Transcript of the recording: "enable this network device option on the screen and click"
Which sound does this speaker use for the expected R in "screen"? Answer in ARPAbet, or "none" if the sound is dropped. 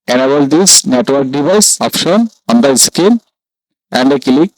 none